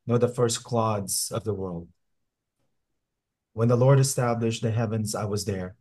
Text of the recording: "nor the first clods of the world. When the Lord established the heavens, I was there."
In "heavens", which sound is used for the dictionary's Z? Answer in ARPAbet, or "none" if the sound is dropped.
Z